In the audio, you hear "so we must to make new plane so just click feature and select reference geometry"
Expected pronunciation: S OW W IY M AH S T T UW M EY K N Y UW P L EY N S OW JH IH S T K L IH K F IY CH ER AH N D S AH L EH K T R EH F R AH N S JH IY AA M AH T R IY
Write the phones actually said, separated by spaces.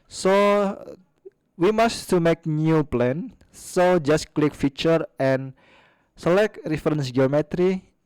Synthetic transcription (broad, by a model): S OW W IY M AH S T T UW M EY K N Y UW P L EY N S OW JH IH S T K L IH K F IY CH ER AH N S AH L EH K T R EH F R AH N S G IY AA M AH T R IY